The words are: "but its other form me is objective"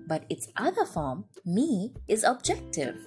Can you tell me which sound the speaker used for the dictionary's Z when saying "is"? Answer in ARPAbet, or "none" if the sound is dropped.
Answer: Z